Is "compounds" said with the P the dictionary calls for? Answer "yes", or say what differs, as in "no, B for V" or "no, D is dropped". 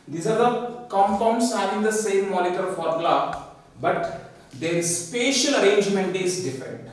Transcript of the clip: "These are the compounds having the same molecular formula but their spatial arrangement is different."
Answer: no, F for P